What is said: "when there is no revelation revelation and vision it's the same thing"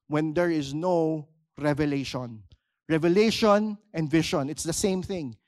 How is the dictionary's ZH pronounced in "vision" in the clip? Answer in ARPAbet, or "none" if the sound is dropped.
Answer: SH